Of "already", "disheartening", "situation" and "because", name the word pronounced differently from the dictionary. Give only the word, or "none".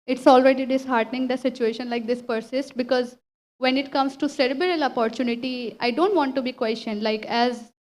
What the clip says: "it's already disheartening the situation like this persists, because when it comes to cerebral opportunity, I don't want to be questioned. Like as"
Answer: none